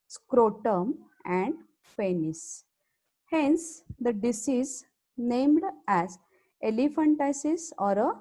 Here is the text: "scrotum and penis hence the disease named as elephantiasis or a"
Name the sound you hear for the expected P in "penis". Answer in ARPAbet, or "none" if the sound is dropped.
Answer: F